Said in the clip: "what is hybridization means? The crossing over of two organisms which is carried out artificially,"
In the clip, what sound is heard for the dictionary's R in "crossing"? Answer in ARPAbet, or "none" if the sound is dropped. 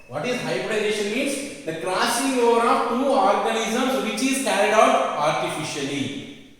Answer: L